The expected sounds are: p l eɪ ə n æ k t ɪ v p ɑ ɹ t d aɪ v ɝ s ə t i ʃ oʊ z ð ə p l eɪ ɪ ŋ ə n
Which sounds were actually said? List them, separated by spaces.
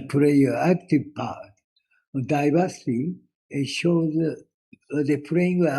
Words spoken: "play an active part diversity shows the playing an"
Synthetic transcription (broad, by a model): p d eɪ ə æ k t ɪ v p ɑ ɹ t d aɪ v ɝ s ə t i ʃ oʊ z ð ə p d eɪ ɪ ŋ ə